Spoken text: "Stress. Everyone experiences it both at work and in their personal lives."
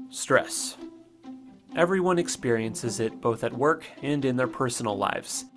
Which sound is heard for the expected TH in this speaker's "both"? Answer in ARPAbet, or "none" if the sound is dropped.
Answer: TH